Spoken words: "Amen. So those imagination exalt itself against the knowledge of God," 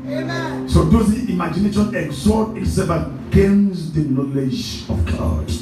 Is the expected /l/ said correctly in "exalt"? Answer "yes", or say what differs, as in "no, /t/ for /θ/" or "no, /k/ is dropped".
no, /l/ is dropped